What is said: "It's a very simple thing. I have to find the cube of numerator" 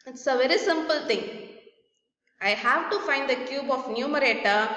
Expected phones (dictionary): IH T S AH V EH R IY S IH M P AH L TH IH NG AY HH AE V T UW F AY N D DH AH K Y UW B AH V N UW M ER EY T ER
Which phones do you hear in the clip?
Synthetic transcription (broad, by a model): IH T S AH V EH R IY S IH M P AH L T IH NG AY HH AE V T UW F AY N D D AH K Y UW B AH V N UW M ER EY T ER